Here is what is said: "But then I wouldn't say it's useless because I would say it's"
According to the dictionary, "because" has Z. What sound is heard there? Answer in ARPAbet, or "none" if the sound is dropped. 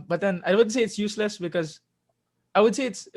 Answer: Z